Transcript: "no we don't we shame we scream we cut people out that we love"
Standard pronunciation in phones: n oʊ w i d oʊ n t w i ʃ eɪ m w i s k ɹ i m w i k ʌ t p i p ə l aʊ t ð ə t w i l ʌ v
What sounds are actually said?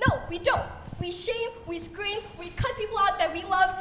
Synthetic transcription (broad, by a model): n oʊ w i d oʊ n t w i ʃ eɪ m w i s k ɹ i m w i k ʌ t p i p l aʊ t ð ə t w i l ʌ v